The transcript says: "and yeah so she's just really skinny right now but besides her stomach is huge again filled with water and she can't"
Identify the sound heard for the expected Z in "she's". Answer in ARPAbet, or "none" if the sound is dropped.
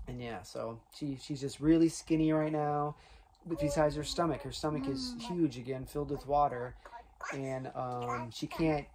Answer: Z